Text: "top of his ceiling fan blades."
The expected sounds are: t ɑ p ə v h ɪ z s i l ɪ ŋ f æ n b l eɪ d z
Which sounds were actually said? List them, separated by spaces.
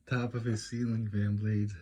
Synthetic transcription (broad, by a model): t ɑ p ə v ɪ s i l ɪ ŋ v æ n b l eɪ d